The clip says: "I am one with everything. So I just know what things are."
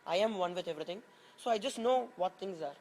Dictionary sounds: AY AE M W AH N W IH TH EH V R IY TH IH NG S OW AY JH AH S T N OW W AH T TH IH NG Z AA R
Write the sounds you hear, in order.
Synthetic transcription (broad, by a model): AY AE M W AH N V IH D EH V R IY T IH NG S OW AY JH AH S T N OW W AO T T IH NG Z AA R